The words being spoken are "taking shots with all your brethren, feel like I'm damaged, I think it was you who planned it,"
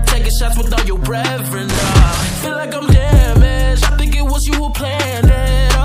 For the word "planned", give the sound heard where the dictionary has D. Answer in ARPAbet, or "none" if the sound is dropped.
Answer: none